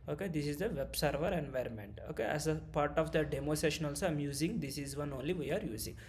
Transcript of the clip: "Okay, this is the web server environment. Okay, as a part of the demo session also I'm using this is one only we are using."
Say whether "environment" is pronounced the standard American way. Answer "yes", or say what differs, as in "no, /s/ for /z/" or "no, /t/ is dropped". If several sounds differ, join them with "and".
yes